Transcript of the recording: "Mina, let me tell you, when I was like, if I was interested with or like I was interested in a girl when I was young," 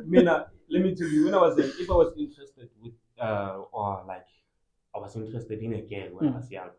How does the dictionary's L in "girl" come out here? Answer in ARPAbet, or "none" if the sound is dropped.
N